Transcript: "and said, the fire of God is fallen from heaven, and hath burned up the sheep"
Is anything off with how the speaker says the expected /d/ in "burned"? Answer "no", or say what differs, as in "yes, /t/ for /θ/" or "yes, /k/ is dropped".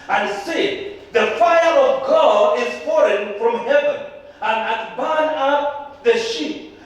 yes, /d/ is dropped